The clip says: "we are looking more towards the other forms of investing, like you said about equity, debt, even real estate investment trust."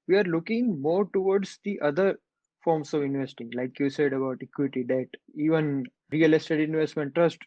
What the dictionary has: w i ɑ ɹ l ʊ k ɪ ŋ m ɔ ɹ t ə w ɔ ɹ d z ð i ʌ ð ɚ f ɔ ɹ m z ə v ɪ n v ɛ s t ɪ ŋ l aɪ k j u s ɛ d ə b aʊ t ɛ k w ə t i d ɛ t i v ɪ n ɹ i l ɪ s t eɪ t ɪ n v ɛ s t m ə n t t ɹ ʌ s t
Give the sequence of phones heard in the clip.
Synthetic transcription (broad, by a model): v i ɑ ɹ l ʊ k ɪ ŋ m ɔ ɹ t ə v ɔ ɹ d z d i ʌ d ɚ f ɔ ɹ m s ə v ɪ n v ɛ s t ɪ ŋ l aɪ k j u s ɛ d ə b aʊ t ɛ k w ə t i d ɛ t i v ɪ n ɹ i l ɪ s t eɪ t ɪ n v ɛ s t m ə n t t ɹ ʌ s t